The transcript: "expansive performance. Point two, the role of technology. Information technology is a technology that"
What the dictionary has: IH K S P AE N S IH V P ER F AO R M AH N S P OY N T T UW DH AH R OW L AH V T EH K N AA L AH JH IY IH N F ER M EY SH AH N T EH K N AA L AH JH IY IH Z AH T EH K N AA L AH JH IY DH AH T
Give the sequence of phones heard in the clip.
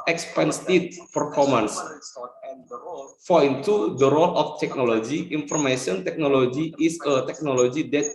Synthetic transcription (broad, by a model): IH K S P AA N S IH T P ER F AO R M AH N S F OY N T T UW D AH R OW L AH F T EH K N AA L AH JH IY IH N F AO M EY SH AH N T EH K N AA L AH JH IY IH S AH T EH K N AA L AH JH IY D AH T